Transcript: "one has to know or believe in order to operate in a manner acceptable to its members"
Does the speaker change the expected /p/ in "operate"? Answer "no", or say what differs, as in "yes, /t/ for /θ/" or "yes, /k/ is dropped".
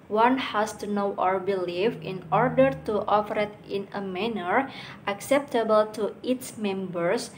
yes, /f/ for /p/